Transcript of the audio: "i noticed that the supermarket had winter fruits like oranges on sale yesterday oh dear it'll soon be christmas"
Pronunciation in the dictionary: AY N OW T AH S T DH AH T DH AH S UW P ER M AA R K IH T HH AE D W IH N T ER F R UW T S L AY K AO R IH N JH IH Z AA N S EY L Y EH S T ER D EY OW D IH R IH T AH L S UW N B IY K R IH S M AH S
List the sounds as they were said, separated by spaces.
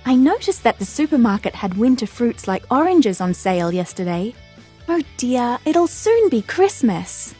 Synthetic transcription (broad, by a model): AY N OW T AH S DH AH T DH AH S UW P ER M AA R K IH T HH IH D W IH N T ER F R UW T S L AY K AO R IH N JH IH Z N S EY L Y EH S T ER D EY OW D IH R IH T L S UW N B IY K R IH S M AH S